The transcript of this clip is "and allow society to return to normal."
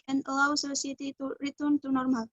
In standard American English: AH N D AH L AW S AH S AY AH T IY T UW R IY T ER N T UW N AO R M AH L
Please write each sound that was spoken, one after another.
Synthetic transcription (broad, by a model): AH N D AH L AW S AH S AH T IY T UW R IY T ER N T UW N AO R M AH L